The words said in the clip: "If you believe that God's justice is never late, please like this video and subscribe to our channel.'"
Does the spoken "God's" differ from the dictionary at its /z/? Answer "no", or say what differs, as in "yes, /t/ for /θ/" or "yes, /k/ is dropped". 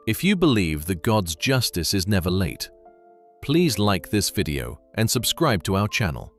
no